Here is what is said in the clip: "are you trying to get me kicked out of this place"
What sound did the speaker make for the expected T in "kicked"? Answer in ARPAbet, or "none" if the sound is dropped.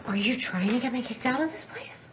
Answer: T